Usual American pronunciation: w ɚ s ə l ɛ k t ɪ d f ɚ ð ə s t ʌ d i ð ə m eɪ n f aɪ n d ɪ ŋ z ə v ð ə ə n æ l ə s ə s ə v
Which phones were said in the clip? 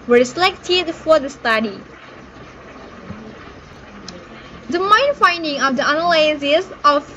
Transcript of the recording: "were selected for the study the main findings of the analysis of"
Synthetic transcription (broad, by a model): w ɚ s ə l ɛ k t ɪ d f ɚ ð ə s t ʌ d i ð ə m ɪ n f aɪ n d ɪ ŋ ə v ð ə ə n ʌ l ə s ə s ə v